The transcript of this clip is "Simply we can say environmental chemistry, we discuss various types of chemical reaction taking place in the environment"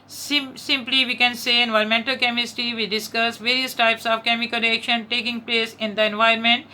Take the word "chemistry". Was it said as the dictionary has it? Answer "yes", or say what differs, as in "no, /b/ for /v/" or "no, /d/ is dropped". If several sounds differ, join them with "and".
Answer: no, /ɹ/ is dropped